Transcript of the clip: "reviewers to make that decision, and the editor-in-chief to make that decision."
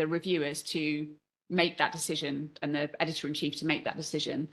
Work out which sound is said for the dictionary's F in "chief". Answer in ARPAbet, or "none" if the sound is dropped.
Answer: F